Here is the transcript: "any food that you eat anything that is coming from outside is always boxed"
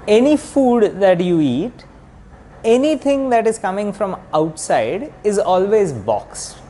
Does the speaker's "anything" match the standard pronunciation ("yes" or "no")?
no